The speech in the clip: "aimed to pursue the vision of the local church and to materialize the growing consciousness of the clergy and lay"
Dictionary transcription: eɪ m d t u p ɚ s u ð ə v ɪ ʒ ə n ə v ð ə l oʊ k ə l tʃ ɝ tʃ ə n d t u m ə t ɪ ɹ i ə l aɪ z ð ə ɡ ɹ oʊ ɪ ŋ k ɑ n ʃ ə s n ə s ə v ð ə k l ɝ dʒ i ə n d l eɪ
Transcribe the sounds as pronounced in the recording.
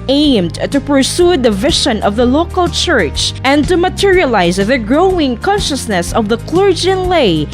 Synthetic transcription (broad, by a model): eɪ m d t u p ɚ s u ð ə v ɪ ʃ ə n ə v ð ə l oʊ k ə l tʃ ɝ tʃ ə n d t u m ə t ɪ ɹ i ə l aɪ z ð ə ɡ ɹ oʊ ɪ ŋ k ɑ n ʃ ə s n ə s ə v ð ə k l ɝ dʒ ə n l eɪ